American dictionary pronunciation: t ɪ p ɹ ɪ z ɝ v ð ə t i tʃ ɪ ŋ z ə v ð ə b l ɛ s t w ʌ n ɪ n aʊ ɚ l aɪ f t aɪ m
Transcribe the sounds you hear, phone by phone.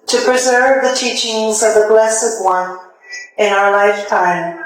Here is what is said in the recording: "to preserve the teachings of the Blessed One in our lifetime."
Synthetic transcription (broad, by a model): t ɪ p ɹ ɪ z ɝ v ð ə t i tʃ ɪ ŋ z ə v ð ə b l ɛ s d w ʌ n ɪ n aʊ ɚ l aɪ f t aɪ m